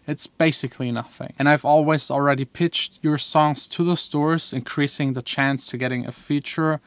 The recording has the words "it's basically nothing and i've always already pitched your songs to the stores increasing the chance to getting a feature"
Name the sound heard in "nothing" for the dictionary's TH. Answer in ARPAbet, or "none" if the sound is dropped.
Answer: TH